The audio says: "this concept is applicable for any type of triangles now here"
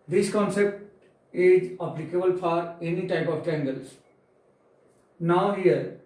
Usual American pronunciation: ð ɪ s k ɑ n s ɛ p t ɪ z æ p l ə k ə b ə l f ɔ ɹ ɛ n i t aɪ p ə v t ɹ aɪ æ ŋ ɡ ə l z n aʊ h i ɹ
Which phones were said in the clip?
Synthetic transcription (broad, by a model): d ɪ s k ɑ n s ɛ p t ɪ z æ p l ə k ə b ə l f ɔ ɹ ɛ n i t aɪ p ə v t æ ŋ ɡ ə l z n aʊ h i ɹ